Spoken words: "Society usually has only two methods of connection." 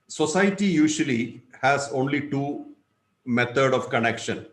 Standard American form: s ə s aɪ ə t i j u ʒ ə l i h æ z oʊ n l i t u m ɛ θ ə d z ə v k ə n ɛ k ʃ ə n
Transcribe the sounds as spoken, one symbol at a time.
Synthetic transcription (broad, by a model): s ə s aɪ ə t i j u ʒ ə l i h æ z oʊ n l i t u m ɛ t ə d ə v k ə n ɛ k ʃ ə n